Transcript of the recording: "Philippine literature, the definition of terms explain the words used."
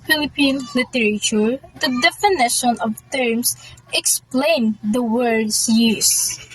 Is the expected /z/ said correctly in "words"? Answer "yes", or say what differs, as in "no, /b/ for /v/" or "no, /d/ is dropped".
no, /s/ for /z/